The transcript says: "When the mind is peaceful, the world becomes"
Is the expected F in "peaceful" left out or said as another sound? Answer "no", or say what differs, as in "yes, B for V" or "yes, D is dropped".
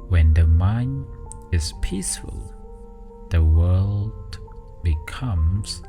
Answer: no